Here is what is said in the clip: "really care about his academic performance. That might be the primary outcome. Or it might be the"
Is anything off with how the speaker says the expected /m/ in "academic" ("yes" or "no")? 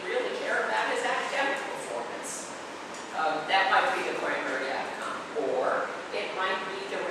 yes